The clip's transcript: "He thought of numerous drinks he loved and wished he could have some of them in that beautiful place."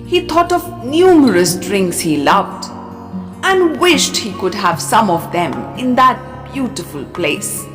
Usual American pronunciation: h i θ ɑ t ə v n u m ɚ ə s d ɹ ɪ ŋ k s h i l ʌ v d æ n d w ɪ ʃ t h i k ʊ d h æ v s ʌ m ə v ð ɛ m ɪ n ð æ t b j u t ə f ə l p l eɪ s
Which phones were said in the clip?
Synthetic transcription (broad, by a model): h i t ɑ t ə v n u m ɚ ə s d ɹ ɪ ŋ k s h i l ʌ v d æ n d w ɪ ʃ t h i k ʊ d h æ v s ʌ m ə v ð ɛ m ɪ n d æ t b j u t ə f ə l p l eɪ s